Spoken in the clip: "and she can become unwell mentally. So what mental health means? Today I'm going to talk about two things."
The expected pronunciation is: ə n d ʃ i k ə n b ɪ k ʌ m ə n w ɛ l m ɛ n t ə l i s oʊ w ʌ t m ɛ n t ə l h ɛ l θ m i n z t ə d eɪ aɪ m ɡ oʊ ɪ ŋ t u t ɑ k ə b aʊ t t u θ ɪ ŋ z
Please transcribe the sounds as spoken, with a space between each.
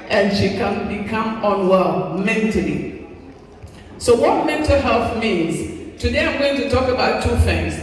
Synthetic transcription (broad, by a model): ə n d ʃ i k ə n b ɪ k ʌ m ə n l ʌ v m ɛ n t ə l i s oʊ w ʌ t m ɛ n t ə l h ɛ l θ m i n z t ə d eɪ aɪ m ɡ oʊ ɪ ŋ t u t ɑ k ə b aʊ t t u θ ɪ ŋ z